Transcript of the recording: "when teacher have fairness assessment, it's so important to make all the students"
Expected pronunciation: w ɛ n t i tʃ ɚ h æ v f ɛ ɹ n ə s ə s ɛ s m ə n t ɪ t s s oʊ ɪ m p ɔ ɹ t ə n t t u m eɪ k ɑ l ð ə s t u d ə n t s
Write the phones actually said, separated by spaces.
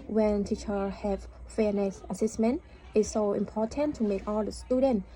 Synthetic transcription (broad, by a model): w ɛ n t i tʃ ɚ h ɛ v f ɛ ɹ n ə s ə s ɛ s m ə n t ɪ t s s oʊ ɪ m p ɔ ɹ t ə n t t u m eɪ k ɑ l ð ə s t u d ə n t